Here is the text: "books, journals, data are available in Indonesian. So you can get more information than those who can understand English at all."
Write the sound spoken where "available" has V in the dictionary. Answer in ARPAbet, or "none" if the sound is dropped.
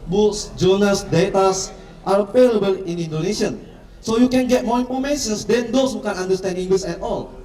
P